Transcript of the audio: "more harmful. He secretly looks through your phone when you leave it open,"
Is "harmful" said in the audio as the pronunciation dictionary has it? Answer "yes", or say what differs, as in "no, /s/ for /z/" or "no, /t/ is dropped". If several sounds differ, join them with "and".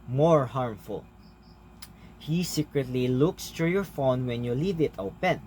yes